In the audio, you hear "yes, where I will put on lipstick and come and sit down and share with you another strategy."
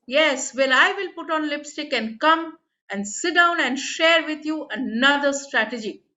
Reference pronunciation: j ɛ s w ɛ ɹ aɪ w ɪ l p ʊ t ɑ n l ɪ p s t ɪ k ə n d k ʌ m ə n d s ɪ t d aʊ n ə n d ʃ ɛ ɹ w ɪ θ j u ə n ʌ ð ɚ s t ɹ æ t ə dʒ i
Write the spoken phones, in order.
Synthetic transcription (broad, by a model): j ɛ s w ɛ l aɪ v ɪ l p ʊ t ɑ n l ɪ p s t ɪ k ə n k ʌ m ə n d s ɪ t d aʊ n ə n d ʃ ɛ ɹ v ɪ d j u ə n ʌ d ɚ s t ɹ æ t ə dʒ i